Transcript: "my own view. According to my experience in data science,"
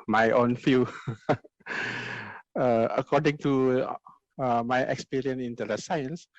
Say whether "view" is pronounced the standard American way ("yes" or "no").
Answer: no